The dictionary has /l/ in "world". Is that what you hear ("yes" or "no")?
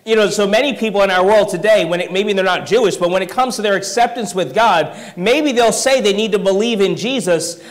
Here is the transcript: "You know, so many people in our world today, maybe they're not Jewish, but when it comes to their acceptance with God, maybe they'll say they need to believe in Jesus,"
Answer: yes